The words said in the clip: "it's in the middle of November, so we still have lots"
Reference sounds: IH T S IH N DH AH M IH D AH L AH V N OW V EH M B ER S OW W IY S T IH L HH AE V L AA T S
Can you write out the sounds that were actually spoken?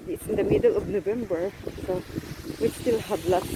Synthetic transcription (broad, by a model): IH T S IH N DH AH M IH D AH L AH V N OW B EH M B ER S OW W IY S T IH L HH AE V L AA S